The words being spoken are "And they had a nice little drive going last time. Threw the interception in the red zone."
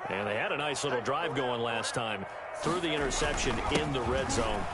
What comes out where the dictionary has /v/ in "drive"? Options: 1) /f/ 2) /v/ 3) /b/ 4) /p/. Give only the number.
2